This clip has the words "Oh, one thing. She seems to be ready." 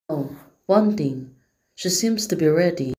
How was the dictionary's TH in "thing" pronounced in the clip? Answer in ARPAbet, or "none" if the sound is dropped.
T